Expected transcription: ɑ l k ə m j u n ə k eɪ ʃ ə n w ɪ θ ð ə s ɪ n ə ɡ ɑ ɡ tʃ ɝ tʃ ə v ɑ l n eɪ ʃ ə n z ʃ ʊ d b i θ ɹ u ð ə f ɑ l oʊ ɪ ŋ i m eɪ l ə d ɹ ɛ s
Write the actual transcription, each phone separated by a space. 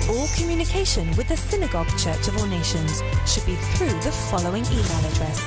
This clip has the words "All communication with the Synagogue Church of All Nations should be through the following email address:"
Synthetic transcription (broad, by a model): ɑ l k ə m j u n ə k eɪ ʃ ə n w ɪ ð ə s ɪ n ə ɡ ɑ ɡ tʃ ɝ tʃ ə v ɑ l n eɪ ʃ ə n z ʃ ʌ d b i θ ɹ u ð ə f ɑ l oʊ ɪ ŋ i m eɪ l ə d ɹ ɛ s